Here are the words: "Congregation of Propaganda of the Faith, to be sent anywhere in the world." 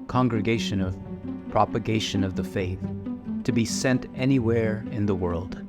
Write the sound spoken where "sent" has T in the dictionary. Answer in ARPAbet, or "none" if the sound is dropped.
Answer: T